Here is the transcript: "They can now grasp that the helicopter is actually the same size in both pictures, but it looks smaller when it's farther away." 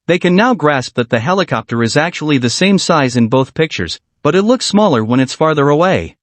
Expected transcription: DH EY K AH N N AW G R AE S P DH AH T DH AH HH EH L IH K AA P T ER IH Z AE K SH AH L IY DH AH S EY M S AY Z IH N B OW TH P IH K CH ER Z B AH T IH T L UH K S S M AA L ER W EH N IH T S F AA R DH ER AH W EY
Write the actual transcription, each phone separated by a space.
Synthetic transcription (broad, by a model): DH EY K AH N N AW G R AE S P DH AH T DH AH HH EH L IH K AA P T ER IH Z AE K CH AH L IY DH AH S EY M S AY Z IH N B OW TH P IH K CH ER Z B AH T IH T L UH K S S M AA L ER W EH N IH T S F AA R DH ER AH W EY